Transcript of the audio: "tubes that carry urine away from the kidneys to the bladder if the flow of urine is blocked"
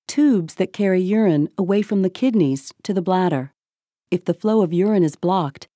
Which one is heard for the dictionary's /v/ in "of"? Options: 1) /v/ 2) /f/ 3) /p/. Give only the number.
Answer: 1